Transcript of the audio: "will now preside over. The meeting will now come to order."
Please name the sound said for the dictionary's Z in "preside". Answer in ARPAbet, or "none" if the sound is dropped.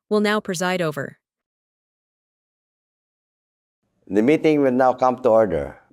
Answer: Z